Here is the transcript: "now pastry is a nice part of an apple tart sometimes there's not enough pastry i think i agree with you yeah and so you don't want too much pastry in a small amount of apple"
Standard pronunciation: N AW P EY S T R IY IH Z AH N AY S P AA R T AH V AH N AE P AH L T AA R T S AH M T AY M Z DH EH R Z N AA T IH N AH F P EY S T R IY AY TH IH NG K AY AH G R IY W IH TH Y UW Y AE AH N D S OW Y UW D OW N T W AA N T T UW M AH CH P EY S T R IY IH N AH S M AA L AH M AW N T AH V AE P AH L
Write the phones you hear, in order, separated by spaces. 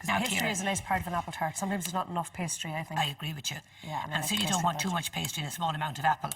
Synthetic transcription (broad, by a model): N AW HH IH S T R IY IH Z AH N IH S P AA R T AH V AH N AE P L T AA R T S AH M T AY M Z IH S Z N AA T IH N AH F P EY S T R IY AY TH IH NG AY AH G R IY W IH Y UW Y AE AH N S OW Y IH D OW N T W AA N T T UW M AH CH P EY S T R IY IH N AH S M AA L AH M AW N T AH V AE P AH L